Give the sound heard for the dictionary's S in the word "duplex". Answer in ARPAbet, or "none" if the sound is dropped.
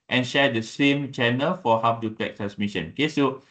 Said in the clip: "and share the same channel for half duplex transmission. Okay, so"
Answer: none